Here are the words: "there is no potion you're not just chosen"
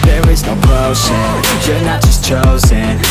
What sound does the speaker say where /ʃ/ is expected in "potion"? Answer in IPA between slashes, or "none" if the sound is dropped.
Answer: /s/